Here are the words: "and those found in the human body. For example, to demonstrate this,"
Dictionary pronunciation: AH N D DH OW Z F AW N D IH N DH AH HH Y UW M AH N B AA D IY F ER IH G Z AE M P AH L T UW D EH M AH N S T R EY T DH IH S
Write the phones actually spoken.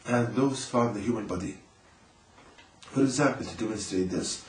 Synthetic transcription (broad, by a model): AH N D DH OW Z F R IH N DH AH HH Y UW M AH N B AA D IY F ER IH G Z AE M P AH L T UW D EH M AH N S T R EY T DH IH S